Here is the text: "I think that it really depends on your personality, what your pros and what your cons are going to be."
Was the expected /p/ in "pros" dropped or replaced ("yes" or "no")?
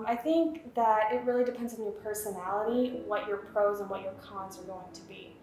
no